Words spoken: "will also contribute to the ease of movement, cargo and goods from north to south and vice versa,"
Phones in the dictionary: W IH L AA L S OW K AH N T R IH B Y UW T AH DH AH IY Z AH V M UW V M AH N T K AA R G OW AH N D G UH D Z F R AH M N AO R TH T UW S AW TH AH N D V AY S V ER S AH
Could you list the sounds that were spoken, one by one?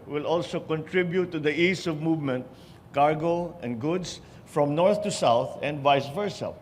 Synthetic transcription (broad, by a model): W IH L AA L S OW K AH N T R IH B Y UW T AH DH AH IY S AH V M UW V M AH N T K AA R G OW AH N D G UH D S F R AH M N AO R TH T UW S AW TH AH N D V AY S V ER S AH